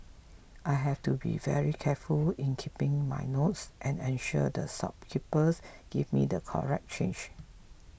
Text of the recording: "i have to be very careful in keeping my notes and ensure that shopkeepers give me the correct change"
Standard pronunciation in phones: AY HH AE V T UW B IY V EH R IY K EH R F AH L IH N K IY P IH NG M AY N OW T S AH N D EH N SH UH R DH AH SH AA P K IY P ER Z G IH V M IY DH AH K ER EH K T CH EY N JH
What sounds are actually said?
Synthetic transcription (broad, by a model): AY HH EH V T UW B IY V EH R IY K EH F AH L IH N K IY P IH NG M AY N OW T S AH N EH N SH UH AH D AH S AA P K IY P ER S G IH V M IY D AH K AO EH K CH EY N JH